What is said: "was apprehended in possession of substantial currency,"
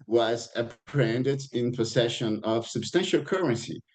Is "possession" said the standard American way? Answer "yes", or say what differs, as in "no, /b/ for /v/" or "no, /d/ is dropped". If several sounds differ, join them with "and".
no, /s/ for /z/